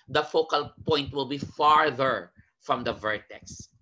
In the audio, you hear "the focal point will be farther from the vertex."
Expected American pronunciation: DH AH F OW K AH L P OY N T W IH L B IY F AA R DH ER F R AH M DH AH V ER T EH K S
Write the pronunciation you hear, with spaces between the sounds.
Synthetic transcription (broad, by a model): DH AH F OW K AH L P OY N T W IH L B IY F AA R DH ER F R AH M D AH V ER T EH K S